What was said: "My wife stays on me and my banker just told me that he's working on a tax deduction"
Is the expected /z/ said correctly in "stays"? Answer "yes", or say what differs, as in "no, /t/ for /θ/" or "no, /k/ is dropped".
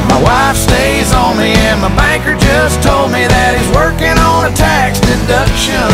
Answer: yes